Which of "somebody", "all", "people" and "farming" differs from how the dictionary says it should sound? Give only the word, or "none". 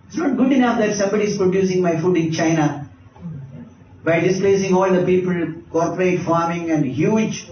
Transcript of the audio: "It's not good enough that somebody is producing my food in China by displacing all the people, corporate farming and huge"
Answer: none